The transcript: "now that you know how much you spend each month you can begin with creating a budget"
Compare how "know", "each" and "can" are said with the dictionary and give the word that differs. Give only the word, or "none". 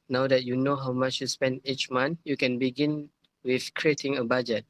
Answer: none